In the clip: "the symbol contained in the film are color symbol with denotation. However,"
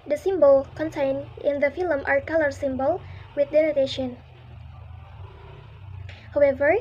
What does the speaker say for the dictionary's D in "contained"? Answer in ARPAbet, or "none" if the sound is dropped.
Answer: none